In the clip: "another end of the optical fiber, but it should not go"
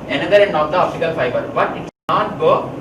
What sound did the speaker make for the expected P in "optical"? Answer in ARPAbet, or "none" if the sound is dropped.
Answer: F